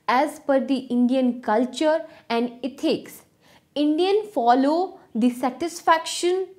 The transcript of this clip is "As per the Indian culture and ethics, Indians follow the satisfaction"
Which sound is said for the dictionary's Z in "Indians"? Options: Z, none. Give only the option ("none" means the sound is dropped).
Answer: none